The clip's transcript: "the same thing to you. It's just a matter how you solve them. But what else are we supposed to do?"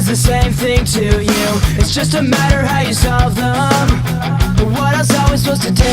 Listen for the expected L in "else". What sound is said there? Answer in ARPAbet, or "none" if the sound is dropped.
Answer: none